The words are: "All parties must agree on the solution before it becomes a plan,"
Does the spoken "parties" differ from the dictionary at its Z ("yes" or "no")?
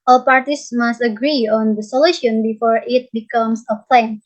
yes